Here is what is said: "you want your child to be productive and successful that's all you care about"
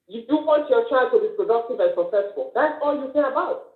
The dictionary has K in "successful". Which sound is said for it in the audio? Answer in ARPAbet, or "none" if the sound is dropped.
none